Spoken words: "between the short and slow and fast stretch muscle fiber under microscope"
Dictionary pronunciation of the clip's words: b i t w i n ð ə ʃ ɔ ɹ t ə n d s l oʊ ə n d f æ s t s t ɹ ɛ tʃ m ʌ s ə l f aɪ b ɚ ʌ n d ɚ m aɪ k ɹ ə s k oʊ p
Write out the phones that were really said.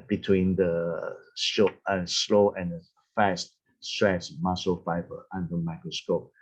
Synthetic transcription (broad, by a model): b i t w i n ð ə s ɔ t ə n s l oʊ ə n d f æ s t s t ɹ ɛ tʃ m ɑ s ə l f aɪ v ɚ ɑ n d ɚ m aɪ k ɹ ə s k oʊ p